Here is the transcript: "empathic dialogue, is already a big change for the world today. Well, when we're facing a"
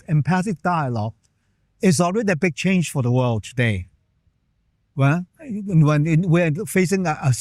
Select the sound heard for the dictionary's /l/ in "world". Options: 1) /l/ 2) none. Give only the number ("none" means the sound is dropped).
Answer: 1